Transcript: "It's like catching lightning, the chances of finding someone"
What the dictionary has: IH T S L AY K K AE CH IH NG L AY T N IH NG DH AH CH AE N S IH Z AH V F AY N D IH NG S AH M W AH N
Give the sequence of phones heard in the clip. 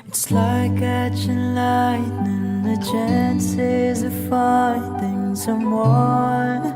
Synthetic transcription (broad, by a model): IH T S L AY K K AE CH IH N L AY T N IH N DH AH CH AE N S IH Z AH F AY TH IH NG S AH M W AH